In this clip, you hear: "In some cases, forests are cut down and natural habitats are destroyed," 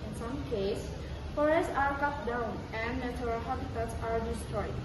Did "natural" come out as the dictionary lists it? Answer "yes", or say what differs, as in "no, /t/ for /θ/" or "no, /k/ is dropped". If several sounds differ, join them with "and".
no, /tʃ/ is dropped